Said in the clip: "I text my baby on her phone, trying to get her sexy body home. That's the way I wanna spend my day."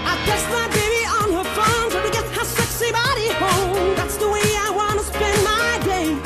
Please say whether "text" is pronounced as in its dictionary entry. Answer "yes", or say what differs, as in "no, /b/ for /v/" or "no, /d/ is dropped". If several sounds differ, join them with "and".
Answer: no, /k/ is dropped